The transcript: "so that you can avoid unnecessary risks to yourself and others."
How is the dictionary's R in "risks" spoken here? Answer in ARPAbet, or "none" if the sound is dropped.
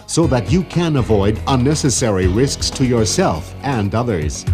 R